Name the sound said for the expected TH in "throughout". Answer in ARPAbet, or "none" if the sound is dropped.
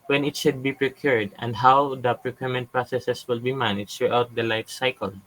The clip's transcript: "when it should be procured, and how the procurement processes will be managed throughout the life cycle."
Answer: S